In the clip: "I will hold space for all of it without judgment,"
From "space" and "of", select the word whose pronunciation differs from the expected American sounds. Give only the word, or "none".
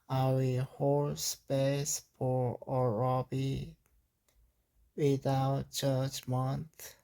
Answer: of